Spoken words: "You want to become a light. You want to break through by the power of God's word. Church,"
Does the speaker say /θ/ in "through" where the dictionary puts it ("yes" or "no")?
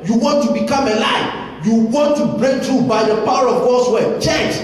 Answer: no